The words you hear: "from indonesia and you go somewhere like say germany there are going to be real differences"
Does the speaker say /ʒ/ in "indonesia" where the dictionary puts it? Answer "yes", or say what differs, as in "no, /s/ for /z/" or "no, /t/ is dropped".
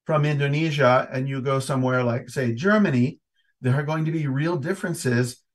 yes